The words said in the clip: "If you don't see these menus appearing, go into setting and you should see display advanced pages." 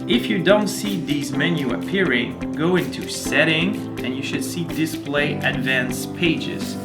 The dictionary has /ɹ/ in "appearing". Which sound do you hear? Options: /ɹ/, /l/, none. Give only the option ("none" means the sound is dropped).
/ɹ/